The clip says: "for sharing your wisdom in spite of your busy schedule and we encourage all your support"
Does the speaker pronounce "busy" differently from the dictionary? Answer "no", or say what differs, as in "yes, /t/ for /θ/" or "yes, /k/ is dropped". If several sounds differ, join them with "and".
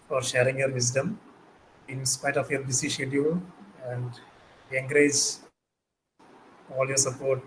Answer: yes, /s/ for /z/